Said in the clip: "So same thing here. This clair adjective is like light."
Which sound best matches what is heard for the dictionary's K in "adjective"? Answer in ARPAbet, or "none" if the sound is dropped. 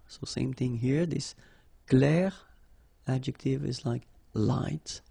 K